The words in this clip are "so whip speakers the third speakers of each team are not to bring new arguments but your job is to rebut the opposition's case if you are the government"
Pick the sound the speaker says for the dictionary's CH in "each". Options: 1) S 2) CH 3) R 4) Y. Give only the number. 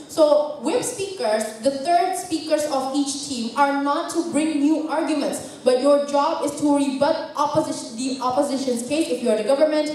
2